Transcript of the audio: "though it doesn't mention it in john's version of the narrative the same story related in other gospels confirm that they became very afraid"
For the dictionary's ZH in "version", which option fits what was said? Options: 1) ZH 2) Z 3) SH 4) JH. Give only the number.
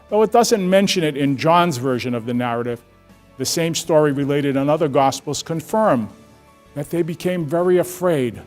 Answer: 1